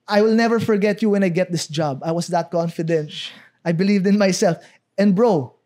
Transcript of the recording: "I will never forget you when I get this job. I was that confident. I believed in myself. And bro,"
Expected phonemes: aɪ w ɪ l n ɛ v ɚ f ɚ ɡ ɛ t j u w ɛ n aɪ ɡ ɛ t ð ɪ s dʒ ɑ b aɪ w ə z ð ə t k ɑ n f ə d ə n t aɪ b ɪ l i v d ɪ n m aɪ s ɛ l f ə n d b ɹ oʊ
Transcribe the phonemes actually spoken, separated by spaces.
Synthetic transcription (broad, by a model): aɪ w ɪ l n ɛ v ɚ f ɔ ɡ ɛ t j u w ɛ n aɪ ɡ ɛ t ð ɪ s dʒ ɑ b aɪ w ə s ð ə t k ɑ n f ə d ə n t aɪ b ɪ l i v d ɪ n m aɪ s ɛ l f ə n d b ɹ oʊ